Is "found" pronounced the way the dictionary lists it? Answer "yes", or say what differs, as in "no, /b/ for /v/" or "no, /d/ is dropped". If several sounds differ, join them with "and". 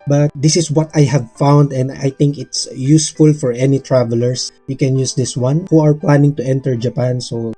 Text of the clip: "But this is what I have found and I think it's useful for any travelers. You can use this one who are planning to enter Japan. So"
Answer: yes